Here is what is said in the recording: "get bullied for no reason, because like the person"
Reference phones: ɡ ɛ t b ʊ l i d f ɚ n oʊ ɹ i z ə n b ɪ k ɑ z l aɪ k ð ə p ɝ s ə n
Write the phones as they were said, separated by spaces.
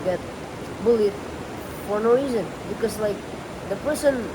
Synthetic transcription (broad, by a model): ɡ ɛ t b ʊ l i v f ɚ n oʊ ɹ i z ə n b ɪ k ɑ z l aɪ k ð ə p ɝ s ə n